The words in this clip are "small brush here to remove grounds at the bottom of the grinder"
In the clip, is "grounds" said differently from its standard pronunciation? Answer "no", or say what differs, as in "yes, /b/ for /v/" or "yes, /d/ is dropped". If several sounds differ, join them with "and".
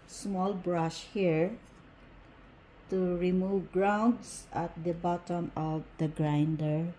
yes, /s/ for /z/